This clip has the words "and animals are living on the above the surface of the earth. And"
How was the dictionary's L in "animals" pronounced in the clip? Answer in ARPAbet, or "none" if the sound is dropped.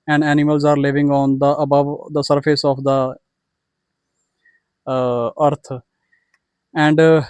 L